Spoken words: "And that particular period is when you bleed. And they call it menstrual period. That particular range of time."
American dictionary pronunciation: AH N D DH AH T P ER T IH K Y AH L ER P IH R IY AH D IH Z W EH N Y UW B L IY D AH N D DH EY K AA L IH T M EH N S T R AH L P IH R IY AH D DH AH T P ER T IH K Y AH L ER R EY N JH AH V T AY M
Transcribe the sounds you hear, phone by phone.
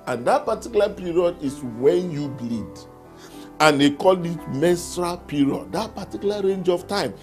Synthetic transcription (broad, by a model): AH N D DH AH T P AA T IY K Y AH L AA P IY R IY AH D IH S W EH N Y UW B L IY D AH N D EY K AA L IH T M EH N S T R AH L P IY R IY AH D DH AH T P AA T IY K Y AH L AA R EY N JH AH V T AY M